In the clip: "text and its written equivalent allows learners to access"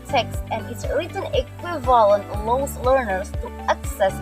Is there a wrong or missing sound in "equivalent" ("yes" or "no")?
no